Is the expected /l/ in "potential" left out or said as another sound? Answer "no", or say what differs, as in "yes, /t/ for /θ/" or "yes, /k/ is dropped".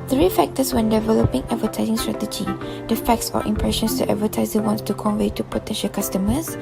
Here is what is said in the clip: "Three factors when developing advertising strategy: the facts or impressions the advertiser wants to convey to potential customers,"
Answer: no